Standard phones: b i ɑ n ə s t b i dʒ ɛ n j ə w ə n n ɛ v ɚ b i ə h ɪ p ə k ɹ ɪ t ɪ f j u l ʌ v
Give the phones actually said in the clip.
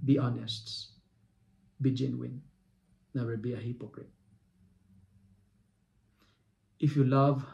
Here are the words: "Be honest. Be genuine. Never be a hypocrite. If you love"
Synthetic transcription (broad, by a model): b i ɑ n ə s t b i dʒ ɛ n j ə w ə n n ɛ w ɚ b i ə h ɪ p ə k ɹ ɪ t ɪ f j u l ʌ v